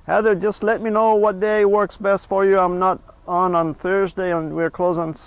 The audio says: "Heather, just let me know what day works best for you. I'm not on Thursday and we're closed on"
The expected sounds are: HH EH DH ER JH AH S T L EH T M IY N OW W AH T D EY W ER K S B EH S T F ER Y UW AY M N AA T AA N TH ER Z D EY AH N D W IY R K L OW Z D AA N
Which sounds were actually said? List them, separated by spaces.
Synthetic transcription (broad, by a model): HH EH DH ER JH AH S T L EH T M IY N OW W AH T D EY W ER K S B EH S T F ER Y UW AY M N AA T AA N TH ER Z D EY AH N W IY R K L OW Z IH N